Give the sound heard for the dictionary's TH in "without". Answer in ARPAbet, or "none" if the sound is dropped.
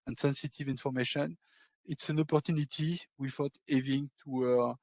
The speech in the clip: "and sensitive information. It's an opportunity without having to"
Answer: F